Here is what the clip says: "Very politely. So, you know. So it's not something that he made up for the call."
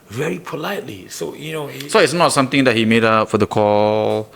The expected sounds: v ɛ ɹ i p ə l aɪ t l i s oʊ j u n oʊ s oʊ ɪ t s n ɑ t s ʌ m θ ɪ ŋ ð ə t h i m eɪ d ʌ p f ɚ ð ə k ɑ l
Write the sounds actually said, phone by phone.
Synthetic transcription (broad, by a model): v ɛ ɹ i p ə l aɪ t l i s oʊ j u n oʊ s oʊ ɪ t s n ɑ t s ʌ m t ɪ ŋ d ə t h i m eɪ d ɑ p f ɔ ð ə k ɑ l